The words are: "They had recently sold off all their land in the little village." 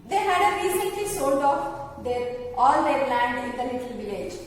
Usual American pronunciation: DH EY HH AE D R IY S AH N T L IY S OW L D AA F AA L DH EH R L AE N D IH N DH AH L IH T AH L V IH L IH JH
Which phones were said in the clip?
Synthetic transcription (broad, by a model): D EY HH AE D R IY S AH N T L IY S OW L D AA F AA L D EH R L AE N D IH N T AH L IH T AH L V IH L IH JH